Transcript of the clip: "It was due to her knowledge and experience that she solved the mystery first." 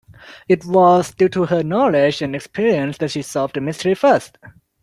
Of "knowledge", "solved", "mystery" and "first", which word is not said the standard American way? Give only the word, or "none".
solved